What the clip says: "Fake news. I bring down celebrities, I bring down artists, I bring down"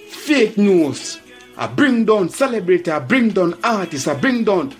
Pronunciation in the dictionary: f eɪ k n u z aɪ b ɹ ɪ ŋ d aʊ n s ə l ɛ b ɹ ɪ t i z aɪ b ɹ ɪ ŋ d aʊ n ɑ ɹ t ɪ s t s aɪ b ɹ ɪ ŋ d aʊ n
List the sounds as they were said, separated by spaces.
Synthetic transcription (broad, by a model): f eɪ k n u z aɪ b ɹ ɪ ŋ d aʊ n s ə l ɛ b ɹ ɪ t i aɪ b ɹ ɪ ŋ d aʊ n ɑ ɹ t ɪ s s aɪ b ɹ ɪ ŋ d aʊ n